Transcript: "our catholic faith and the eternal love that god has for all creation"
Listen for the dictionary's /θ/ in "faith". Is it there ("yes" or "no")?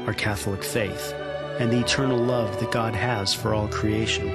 yes